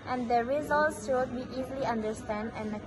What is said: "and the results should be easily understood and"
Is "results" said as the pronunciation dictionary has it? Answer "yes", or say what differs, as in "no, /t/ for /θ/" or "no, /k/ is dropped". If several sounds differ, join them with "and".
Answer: yes